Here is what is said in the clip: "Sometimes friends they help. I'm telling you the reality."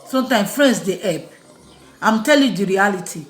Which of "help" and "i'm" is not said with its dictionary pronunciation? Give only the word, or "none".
help